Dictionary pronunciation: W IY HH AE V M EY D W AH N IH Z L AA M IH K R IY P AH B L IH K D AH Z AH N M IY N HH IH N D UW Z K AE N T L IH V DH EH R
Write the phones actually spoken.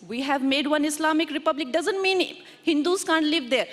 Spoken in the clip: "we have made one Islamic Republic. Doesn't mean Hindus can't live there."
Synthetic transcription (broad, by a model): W IY HH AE V M EY D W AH N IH S L AA M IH K R IY P AH B L IH K D AH Z AH N M IY N HH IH N D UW S K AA N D L IH V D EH R